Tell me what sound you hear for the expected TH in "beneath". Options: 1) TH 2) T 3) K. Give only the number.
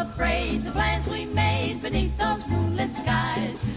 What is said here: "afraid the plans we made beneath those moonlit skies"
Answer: 1